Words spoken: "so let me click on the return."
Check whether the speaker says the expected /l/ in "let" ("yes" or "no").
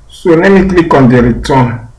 no